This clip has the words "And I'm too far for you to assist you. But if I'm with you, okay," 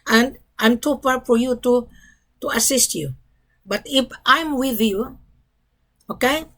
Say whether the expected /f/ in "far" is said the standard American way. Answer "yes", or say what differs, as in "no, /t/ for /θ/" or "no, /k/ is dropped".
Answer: no, /p/ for /f/